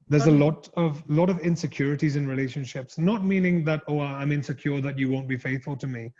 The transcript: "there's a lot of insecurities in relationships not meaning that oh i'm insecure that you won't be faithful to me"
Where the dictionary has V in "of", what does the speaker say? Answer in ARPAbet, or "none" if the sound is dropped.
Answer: V